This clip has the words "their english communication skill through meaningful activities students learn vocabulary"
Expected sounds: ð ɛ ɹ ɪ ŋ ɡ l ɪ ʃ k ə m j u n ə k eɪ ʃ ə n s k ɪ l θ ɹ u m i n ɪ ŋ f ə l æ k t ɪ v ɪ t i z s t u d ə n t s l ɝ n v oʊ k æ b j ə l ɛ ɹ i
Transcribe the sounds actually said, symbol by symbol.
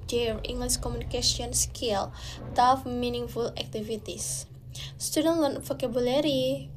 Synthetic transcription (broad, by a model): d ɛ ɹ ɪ ŋ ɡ l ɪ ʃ k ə m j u n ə k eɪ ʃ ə n s k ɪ l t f m i n ɪ ŋ f ə l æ k t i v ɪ t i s s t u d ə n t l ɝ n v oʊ k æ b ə l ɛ ɹ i